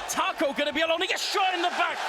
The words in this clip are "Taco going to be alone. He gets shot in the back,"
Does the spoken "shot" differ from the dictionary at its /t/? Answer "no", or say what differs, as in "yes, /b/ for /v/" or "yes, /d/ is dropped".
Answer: yes, /t/ is dropped